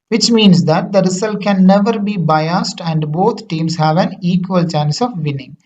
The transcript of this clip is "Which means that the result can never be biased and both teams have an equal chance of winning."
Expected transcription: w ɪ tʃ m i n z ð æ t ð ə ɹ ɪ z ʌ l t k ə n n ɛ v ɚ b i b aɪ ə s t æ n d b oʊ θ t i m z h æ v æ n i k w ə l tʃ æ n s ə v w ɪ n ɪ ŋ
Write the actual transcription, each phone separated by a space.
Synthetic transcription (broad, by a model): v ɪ tʃ m i n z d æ t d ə ɹ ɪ s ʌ l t k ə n n ɛ v ɚ b i b aɪ ə s t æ n d b oʊ t t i m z h æ v æ n i k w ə l tʃ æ n s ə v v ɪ n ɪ ŋ